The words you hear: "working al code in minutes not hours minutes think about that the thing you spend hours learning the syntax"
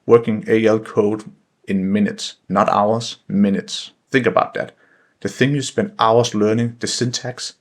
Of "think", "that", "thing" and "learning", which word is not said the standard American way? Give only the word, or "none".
none